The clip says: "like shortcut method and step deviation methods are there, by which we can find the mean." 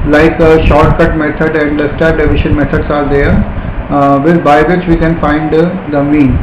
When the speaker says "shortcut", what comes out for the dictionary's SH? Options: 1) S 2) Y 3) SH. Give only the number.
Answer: 3